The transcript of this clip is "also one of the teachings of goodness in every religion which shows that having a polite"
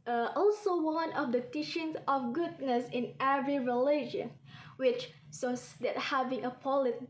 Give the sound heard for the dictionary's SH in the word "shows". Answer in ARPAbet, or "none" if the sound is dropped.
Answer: S